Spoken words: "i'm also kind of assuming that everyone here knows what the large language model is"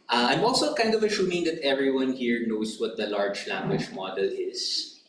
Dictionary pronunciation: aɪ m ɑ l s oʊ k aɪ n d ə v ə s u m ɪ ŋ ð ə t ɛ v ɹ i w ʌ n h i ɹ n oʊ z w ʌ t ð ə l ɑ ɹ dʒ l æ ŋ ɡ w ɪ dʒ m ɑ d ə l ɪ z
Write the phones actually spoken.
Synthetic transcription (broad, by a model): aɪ m ɑ l s oʊ k aɪ n d ə v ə ʃ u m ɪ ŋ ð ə t ɛ v ɹ i w ʌ n h i ɹ n oʊ s w ʌ t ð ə l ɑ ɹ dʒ l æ ŋ ɡ w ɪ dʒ m ɑ d ə l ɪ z